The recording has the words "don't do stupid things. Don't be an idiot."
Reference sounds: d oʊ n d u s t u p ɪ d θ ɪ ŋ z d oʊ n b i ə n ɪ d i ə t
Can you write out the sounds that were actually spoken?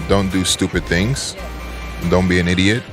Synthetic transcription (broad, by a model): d oʊ n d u s t u p ɪ d θ ɪ ŋ z d oʊ n b i ə n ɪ d i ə t